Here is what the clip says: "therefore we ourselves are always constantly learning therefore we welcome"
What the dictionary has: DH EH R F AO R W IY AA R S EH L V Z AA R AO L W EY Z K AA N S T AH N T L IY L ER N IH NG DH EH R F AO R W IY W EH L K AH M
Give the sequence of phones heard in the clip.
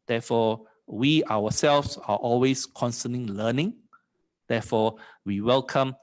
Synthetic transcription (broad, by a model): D EH F AO W IY AA W S EH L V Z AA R AO L W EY S K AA N S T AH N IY L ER N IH NG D EH F AO W IY W EH L K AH M